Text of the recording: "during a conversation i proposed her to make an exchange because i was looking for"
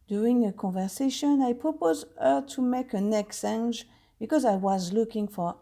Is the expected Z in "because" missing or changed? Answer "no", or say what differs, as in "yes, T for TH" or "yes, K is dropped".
no